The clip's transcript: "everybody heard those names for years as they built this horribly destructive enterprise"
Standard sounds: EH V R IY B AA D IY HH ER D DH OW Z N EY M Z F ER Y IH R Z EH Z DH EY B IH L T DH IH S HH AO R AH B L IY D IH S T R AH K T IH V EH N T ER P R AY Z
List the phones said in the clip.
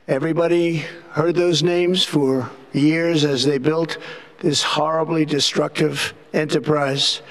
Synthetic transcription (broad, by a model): EH V R IY B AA D IY HH ER D DH OW Z N EY M Z F ER Y IH R Z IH Z DH EY B IH L T DH IH S HH AO R AH B L IY D IH S T R AH K T IH V EH N T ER P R AY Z